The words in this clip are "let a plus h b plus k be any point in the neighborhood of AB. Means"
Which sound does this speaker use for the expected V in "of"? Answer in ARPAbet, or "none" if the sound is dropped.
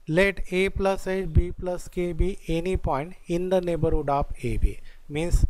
P